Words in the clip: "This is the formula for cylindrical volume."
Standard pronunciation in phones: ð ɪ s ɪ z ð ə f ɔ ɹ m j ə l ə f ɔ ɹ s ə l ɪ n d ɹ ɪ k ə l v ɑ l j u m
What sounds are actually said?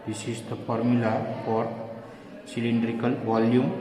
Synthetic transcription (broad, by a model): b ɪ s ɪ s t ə p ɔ ɹ m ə l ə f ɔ ɹ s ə l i n d ɹ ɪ k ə l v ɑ l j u m